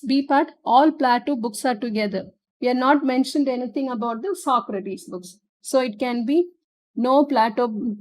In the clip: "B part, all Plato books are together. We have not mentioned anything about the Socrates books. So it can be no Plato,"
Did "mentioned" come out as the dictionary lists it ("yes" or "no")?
yes